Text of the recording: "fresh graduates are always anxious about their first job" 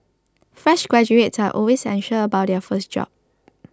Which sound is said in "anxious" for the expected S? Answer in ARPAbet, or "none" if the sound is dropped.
none